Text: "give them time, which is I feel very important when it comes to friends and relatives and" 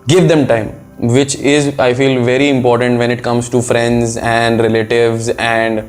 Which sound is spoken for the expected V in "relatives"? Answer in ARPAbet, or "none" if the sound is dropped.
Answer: V